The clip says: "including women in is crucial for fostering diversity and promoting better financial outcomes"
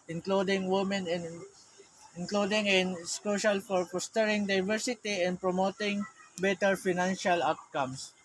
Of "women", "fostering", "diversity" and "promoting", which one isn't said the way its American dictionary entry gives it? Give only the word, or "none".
fostering